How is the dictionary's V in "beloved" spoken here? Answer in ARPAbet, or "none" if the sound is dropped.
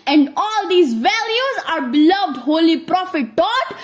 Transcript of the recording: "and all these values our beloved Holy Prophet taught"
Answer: V